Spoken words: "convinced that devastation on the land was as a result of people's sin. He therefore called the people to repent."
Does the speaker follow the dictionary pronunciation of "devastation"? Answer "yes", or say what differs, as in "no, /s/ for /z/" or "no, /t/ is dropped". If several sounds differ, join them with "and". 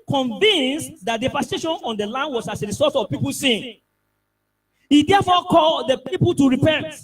no, /p/ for /v/